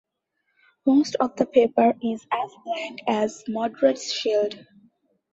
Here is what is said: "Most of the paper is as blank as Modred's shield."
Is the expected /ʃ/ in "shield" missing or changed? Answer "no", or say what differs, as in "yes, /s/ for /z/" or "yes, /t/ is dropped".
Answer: no